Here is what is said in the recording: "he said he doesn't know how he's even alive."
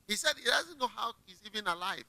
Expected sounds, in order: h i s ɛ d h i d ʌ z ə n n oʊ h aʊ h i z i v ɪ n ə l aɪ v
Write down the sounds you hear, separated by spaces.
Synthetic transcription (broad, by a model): h i s ɛ d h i d ʌ z ə n n oʊ h aʊ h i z i v ɪ n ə l aɪ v